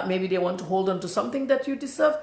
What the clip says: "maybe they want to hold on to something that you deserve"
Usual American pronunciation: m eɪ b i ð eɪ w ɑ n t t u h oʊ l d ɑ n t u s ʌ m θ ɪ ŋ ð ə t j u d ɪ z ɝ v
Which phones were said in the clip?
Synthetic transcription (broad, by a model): m eɪ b i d eɪ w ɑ n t t u h oʊ l d ɑ n t u s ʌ m t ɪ ŋ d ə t j u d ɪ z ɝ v